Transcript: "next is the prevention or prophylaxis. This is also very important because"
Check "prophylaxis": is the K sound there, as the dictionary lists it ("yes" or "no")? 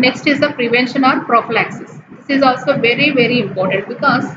yes